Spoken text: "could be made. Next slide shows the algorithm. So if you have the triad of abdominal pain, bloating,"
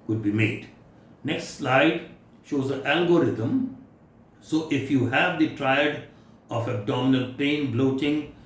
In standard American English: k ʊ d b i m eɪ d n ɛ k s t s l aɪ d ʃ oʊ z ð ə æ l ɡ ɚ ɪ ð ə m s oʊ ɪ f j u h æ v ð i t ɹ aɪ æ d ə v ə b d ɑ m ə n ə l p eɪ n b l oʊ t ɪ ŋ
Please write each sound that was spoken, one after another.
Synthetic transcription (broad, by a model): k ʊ d b i m eɪ d n ɛ k s t s l aɪ d ʃ oʊ z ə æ l ɡ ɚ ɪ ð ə m s oʊ ɪ f j u h æ v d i t ɹ aɪ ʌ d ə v ə b d ɑ m ə n ə l p eɪ n b l oʊ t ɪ ŋ